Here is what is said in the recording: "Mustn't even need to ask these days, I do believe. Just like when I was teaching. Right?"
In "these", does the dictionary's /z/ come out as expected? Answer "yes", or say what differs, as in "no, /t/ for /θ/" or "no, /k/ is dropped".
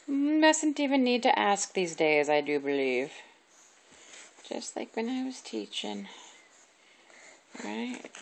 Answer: yes